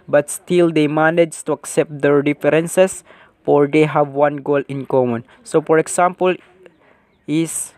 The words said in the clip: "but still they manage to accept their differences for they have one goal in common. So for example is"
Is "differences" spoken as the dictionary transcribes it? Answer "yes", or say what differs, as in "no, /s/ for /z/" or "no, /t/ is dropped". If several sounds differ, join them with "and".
no, /s/ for /z/